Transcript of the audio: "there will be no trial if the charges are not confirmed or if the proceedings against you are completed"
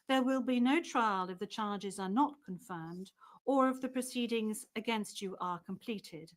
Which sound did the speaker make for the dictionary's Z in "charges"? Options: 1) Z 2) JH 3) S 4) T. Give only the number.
1